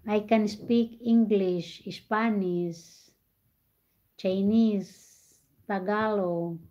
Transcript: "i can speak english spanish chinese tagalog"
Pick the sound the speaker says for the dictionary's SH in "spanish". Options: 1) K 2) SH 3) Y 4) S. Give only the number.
4